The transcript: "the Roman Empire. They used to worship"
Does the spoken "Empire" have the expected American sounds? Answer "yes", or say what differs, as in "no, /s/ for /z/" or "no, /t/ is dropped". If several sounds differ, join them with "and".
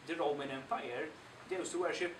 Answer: no, /f/ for /p/